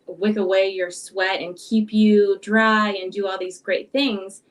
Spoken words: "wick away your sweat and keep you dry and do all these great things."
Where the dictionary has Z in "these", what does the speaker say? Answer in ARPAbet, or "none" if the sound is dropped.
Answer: Z